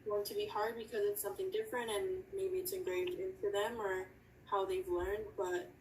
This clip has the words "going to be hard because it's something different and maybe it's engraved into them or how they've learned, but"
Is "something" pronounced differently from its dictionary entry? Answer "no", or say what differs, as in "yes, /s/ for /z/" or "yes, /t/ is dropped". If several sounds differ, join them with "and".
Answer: no